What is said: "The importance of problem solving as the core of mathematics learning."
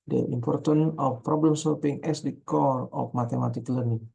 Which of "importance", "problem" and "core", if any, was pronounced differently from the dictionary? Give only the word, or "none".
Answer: importance